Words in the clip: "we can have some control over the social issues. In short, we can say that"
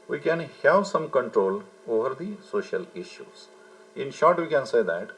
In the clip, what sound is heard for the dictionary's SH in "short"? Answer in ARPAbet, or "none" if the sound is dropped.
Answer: SH